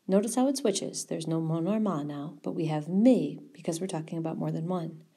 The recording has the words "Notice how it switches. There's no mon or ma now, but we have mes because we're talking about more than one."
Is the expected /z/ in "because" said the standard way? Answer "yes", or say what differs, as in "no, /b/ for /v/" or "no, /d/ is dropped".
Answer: yes